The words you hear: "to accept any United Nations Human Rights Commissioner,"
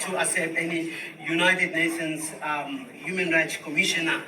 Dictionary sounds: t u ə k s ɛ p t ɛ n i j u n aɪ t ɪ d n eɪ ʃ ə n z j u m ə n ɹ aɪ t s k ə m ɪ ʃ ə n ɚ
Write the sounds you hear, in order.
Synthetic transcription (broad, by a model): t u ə s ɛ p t ɛ n i j u n aɪ t ɪ d n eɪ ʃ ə n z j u m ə n ɹ aɪ t s k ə m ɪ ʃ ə n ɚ